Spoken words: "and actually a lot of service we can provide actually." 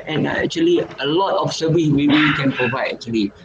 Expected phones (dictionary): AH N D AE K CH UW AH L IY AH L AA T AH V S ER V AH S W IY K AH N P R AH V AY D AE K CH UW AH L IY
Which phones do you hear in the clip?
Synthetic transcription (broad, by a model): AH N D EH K CH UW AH L IY AH L AA T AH F S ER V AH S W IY K AH N P R AH V AY D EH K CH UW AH L IY